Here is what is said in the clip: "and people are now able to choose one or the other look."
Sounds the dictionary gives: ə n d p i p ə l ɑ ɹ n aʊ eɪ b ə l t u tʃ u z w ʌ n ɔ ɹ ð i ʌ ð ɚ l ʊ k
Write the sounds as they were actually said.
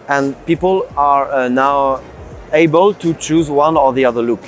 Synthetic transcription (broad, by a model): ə n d p i p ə l ɑ ɹ n aʊ eɪ b ə l t u tʃ u z w ʌ n ɔ ɹ ð i ʌ ð ɚ l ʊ k